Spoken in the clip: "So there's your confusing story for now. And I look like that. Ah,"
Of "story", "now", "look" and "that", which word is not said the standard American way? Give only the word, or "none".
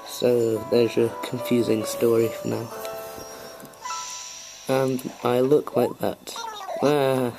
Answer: none